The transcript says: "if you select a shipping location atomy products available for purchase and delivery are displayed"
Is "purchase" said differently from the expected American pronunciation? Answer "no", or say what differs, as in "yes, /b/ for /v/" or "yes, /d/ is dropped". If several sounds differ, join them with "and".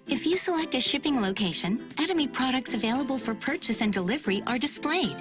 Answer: no